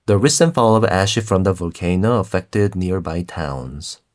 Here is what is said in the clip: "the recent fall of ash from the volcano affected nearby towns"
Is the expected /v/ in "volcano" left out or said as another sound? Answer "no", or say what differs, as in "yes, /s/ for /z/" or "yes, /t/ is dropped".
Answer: no